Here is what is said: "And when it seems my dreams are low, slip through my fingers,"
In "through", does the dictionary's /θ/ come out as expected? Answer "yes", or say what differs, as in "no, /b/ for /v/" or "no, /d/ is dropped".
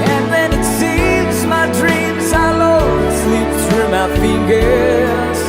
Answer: no, /s/ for /θ/